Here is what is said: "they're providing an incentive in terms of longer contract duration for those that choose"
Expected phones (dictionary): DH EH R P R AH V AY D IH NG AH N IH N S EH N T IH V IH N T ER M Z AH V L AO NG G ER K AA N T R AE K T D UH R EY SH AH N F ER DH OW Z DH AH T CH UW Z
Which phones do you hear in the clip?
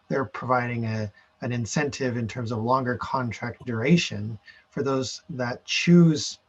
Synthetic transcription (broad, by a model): DH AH R P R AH V AY D IH NG AH N IH N S EH N T IH V IH N T ER M Z AH V L AO NG G ER K AA N T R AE K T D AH R EY SH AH N F ER DH OW Z DH AH T CH UW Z